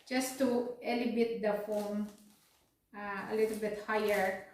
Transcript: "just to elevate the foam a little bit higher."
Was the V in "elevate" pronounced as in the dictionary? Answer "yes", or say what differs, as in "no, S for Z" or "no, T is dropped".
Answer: no, B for V